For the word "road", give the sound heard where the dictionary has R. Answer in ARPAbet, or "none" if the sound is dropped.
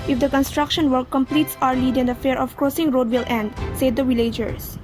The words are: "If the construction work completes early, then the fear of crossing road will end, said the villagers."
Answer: R